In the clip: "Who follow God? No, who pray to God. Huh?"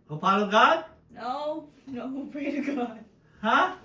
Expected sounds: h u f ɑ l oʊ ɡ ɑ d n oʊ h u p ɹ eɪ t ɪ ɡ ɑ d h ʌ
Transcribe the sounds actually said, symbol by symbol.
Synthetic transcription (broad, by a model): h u p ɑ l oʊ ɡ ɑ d n oʊ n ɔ p ɹ eɪ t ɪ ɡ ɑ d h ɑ